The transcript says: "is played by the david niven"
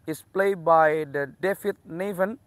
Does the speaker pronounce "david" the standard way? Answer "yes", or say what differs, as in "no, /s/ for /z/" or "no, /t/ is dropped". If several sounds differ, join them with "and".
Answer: no, /f/ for /v/